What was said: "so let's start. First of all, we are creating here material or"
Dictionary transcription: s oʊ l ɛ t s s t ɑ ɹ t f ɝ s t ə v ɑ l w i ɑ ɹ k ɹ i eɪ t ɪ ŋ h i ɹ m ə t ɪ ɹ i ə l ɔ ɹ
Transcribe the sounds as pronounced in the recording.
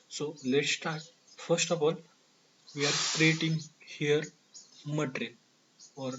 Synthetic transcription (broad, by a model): s oʊ l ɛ t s s t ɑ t f ɝ s t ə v ɑ l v i ɑ ɹ k ɹ i eɪ t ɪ ŋ h i ɹ m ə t ɹ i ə n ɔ ɹ